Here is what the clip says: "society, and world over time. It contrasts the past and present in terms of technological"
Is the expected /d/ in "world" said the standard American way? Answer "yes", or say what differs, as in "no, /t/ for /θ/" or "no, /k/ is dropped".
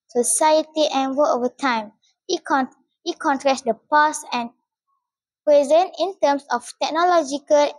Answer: no, /d/ is dropped